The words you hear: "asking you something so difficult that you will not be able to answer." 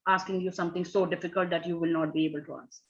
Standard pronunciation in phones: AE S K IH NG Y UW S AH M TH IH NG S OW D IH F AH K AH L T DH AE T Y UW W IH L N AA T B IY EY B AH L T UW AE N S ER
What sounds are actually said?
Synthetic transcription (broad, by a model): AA S K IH NG Y UW S AH M T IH NG S OW D IH F AH K AH L T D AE T Y UW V IH L N AA T B IY EY B AH L T UW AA S